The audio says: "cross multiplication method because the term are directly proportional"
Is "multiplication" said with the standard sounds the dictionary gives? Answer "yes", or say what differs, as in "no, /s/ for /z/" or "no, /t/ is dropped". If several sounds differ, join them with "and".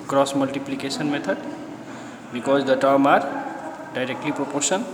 no, /s/ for /ʃ/